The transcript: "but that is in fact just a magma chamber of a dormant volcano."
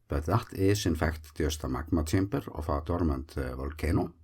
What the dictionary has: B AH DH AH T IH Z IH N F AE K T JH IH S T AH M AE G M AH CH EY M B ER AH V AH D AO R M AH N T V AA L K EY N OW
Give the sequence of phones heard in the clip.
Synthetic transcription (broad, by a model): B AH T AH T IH S IH N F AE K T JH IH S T AH M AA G M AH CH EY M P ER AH F AH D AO R M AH N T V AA L K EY N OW